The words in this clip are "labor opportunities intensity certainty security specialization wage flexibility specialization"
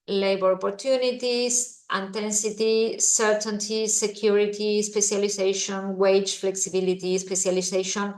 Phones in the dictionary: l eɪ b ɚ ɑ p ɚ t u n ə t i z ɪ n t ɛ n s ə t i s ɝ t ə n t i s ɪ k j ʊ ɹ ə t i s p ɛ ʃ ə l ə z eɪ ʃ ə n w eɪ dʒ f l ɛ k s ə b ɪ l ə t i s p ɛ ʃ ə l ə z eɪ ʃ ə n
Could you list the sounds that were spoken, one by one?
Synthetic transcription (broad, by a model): l eɪ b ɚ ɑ p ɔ t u n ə t i s ɪ n t ɛ n s ə t i s ɝ t ə n t i s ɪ k j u ɹ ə t i s p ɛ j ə l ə s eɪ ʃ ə n w eɪ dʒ f l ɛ k s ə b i l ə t i s p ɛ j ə l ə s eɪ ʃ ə n